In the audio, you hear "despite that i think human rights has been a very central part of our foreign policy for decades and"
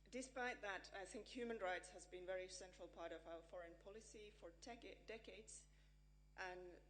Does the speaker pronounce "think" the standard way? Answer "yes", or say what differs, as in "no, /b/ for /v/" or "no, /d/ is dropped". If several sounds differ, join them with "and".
yes